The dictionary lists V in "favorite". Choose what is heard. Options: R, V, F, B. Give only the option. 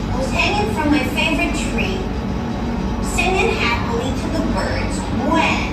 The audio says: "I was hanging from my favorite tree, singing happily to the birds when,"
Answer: V